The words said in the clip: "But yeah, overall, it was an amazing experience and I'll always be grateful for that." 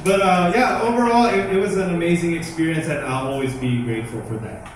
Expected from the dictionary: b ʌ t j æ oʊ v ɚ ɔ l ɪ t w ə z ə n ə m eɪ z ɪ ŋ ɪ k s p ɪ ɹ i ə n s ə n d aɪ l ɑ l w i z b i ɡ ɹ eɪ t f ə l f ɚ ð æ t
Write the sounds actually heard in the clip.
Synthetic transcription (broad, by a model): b ʌ t j æ oʊ v ɚ ɔ l ɪ t w ə z ə n ə m eɪ z ɪ ŋ ɪ k s p ɪ ɹ i ə n s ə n aɪ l ɑ l w i z b i ɡ ɹ eɪ t f l f ɚ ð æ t